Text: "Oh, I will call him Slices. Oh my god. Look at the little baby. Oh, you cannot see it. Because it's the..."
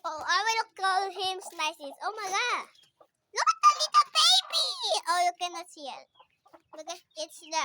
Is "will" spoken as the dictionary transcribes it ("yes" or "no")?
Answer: no